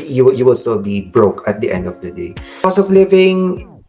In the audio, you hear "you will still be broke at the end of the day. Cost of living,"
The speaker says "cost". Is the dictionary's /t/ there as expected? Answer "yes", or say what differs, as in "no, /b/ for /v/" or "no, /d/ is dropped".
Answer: no, /t/ is dropped